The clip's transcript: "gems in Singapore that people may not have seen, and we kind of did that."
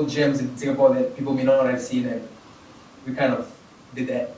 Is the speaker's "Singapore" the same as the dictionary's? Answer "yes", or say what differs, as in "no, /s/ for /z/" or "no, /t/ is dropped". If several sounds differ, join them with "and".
no, /θ/ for /s/